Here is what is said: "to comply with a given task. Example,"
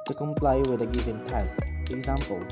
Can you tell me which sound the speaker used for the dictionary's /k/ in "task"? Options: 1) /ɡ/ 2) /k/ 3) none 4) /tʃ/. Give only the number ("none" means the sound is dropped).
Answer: 3